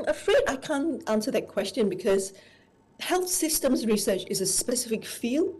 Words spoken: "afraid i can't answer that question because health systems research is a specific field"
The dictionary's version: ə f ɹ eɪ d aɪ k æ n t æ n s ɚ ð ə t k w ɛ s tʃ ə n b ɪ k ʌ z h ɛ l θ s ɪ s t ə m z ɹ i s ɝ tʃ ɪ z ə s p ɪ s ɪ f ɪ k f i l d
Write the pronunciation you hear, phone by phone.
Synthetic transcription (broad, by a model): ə f ɹ eɪ d aɪ k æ n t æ n s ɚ ð ə t k w ɛ s tʃ ə n b ɪ k ʌ z h ɛ l θ s ɪ s t ə m z ɹ i s ɝ tʃ ɪ z ə s p ɪ s ɪ f ɪ k f i l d